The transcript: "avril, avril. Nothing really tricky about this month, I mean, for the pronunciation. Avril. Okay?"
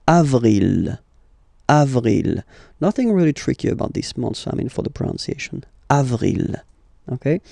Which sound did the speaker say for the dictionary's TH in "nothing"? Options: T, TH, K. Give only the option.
TH